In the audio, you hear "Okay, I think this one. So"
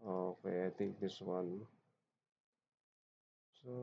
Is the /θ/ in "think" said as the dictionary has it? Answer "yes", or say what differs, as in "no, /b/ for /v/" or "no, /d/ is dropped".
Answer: no, /t/ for /θ/